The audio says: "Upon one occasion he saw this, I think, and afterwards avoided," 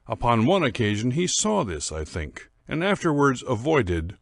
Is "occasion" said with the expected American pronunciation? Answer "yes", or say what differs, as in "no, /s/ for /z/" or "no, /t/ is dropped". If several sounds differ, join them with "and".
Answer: yes